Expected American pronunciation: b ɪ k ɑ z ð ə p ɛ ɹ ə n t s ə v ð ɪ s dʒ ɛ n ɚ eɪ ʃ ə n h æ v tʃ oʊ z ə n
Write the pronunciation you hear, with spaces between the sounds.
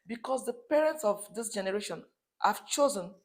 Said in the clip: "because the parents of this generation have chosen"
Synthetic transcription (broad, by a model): b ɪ k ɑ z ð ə p ɛ ɹ ə n t s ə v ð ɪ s dʒ ɛ n ɚ eɪ ʃ ə n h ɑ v tʃ oʊ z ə n